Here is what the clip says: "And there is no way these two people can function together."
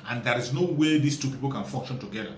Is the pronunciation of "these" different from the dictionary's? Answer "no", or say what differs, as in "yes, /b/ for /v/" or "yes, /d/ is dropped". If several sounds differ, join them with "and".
yes, /s/ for /z/